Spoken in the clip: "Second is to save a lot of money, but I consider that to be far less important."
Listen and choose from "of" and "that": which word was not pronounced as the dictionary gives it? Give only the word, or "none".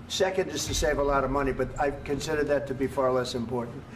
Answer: none